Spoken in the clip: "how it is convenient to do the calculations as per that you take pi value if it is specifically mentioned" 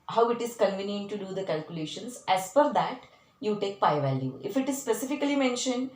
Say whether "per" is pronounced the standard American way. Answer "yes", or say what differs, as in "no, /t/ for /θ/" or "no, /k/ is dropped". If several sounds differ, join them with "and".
no, /f/ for /p/